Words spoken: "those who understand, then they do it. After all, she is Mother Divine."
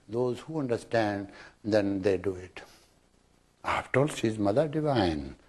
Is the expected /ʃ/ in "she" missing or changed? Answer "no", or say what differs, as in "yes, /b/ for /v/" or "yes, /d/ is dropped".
yes, /s/ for /ʃ/